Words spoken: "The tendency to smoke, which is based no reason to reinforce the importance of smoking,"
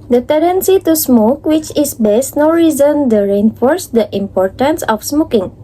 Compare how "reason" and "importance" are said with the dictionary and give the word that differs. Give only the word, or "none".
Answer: none